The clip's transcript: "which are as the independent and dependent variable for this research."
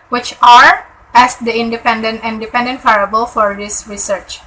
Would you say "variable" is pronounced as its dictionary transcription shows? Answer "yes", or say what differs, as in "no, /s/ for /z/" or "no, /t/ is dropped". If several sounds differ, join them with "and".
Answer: no, /f/ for /v/